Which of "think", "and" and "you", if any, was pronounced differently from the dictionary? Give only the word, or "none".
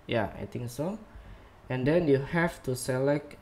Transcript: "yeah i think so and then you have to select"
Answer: think